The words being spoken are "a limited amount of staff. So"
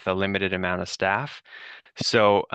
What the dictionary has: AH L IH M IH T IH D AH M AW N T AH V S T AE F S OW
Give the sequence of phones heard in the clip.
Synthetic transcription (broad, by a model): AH L IH M IH T IH D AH M AW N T AH V S T AE F S OW